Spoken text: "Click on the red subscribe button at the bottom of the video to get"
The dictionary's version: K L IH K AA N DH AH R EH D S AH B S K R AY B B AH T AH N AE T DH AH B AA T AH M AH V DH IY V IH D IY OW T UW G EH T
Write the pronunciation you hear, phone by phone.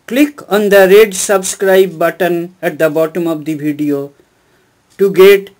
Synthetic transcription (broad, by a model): K L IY K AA N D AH R EH D S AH B S K R AY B B AH T AH N AE T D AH B AA T AH M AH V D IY B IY D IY OW T UW G EH T